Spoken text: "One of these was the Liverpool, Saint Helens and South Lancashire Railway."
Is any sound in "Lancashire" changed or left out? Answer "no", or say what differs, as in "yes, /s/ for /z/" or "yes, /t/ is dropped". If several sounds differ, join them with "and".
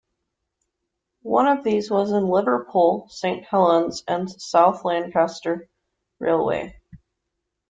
yes, /s/ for /ʃ/